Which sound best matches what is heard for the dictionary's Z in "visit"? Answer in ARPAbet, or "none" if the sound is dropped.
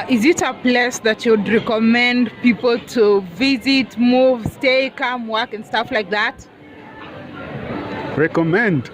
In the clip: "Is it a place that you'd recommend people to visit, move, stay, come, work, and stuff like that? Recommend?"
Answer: Z